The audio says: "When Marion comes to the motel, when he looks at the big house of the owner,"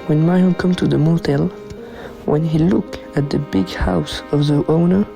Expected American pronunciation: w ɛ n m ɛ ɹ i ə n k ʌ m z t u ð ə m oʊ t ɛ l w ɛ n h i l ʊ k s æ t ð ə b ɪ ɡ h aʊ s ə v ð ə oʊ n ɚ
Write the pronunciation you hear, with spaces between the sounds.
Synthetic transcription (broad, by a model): w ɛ n m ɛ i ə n k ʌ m t u ð ə m oʊ t ɛ l w ɛ n h i l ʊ k æ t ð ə b ɪ ɡ h aʊ s ə v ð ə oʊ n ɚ